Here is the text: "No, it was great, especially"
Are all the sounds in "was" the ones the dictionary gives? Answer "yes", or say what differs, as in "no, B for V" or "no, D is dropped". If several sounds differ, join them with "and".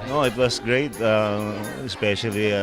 no, S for Z